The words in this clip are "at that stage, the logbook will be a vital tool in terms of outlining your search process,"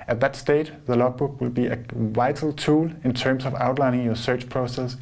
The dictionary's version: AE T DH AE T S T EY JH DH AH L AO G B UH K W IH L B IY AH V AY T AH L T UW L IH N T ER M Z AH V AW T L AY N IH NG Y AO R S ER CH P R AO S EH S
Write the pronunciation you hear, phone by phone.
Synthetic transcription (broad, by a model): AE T DH AE T S T EY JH DH AH L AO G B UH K W IH L B IY AH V AY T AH L T UW L IH N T ER M S AH V AW T L AY N IH NG Y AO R S ER CH P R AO S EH S